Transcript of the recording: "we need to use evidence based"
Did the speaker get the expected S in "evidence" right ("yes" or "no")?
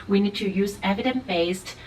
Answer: no